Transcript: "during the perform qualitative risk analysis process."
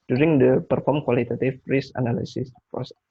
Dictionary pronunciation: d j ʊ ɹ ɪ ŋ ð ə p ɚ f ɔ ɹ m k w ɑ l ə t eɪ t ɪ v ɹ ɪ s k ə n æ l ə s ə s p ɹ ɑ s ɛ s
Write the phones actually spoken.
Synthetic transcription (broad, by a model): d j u ɹ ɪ ŋ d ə p ɚ f ɔ ɹ m k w ɑ l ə t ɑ t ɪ f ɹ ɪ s ə n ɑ l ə s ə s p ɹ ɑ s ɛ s